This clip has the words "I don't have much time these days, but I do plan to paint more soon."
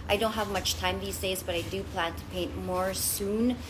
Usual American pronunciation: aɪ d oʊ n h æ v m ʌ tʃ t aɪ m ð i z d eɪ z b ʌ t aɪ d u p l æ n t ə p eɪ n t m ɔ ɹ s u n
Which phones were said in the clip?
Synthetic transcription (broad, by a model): aɪ d oʊ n h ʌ v m ʌ tʃ t aɪ m ð i z d eɪ z b ʌ t aɪ d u p l æ n t ə p eɪ n t m ɔ ɹ s u n